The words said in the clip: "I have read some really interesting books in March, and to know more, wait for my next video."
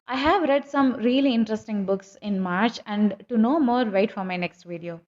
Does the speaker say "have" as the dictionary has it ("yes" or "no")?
yes